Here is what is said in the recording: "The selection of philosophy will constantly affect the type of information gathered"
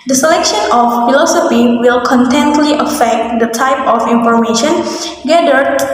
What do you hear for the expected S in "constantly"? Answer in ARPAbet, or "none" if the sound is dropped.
none